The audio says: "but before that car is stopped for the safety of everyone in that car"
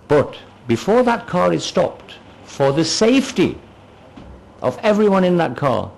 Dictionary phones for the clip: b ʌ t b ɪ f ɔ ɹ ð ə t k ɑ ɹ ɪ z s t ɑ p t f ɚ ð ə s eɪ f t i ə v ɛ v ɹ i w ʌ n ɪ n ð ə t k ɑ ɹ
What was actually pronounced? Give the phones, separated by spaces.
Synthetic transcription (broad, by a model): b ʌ t b ɪ f ɔ ɹ ð ə t k ɑ ɹ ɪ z s t ɑ p t f ɚ ð ə s eɪ f t i ə v ɛ v ɹ i w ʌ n ɪ n ð ə t k ɑ ɹ